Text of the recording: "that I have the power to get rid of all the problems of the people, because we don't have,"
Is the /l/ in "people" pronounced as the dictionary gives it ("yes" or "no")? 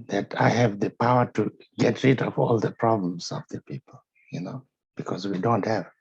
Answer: no